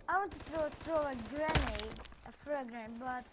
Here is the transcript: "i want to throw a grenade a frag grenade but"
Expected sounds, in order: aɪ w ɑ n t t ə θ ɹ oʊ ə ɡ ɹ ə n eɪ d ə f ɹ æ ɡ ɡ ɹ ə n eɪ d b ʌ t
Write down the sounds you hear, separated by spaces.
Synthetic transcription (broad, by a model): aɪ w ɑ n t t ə t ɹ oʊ ə ɡ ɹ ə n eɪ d ə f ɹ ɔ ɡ ɡ ɹ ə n b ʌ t